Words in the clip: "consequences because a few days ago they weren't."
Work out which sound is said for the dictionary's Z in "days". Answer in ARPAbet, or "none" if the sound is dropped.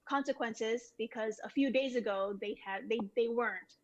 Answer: Z